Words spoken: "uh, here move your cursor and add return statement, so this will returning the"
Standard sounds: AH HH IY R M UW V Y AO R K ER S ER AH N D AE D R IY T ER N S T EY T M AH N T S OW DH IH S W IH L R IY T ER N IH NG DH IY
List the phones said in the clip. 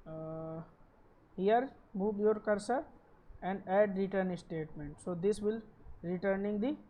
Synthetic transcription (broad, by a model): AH HH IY R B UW B Y AO R K ER S ER AH N D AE D R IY T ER N S T EY T M AH N T S OW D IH S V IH L R IY T ER N IH NG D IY